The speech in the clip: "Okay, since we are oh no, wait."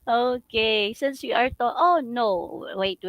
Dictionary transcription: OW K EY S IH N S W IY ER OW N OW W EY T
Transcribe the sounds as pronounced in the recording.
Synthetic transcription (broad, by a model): OW K EY S IH N S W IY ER OW N OW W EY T